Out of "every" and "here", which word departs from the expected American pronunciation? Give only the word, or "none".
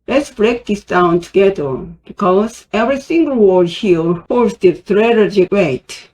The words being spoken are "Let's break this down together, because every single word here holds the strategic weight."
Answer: here